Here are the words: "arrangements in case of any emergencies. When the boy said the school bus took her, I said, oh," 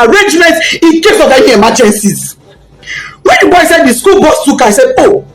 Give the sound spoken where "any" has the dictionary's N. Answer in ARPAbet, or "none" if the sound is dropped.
none